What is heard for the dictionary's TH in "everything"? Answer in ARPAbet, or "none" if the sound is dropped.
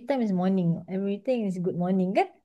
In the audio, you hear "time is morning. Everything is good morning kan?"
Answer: T